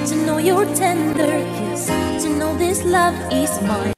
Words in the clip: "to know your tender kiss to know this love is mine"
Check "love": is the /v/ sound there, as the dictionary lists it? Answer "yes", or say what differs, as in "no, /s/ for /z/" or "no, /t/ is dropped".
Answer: yes